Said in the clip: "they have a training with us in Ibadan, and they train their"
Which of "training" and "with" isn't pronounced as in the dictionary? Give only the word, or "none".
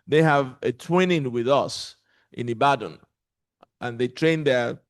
training